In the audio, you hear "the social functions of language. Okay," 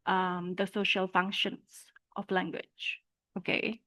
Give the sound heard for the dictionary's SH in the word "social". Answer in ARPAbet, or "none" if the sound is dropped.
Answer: SH